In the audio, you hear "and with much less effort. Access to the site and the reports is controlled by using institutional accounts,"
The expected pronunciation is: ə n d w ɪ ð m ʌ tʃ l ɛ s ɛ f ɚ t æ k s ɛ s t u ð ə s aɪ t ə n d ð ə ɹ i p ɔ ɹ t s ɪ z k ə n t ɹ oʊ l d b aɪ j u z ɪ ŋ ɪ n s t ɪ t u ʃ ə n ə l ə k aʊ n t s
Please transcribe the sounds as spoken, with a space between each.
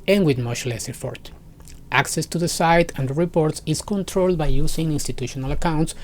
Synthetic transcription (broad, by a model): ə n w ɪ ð m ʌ ʃ l ɛ s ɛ f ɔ t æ k s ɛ s t u ð ə s aɪ t ə n d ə ɹ i p ɔ ɹ t s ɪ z k ə n t ɹ oʊ l d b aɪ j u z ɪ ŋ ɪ n s t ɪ t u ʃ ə n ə l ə k aʊ n t s